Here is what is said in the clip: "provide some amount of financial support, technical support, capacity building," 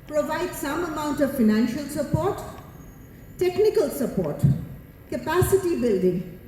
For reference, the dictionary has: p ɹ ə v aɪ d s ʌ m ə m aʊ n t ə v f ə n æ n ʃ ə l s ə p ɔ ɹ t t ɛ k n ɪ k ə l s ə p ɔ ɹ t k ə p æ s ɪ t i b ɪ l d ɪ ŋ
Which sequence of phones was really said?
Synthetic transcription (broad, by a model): p ɹ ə v aɪ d s ʌ m ə m aʊ n t ə v f ə n æ n ʃ ə l s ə p ɔ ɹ t t ɛ k n ɪ k ə l s ə p ɔ ɹ t k ə p æ s ɪ t i b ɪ l d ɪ ŋ